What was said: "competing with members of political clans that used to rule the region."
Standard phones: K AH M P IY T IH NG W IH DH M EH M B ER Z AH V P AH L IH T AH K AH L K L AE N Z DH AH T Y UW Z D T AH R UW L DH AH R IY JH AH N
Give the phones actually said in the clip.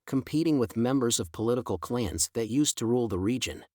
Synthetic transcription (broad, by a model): K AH M P IY T IH NG W IH DH M EH M B ER Z AH V P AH L IH T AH K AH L K L AE N Z DH AH T Y UW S T AH R UW L DH AH R IY JH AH N